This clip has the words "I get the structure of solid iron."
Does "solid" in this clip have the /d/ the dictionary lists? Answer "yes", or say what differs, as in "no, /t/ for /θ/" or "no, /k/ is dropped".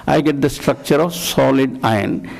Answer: yes